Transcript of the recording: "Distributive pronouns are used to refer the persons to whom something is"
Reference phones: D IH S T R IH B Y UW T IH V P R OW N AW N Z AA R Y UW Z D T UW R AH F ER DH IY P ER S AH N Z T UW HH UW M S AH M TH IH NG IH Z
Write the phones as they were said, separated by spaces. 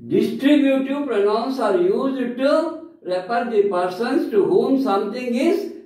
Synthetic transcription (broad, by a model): D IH S T R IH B Y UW T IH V P R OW N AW N S AA R Y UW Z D T UW R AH P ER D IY P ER S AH N S T UW HH UW M S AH M T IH NG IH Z